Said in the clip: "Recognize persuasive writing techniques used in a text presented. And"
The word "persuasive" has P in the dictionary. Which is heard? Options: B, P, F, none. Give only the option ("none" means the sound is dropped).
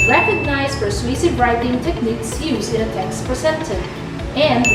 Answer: F